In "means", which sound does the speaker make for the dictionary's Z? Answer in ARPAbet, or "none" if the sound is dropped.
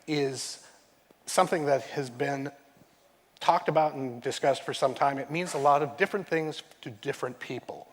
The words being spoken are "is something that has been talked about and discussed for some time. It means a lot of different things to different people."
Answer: Z